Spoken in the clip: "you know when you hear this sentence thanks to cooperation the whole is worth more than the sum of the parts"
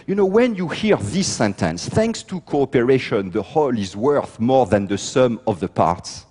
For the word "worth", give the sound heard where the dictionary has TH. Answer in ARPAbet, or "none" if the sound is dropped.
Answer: TH